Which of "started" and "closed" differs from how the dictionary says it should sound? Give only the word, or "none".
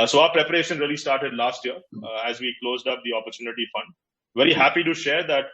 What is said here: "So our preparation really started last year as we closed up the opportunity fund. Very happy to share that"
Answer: none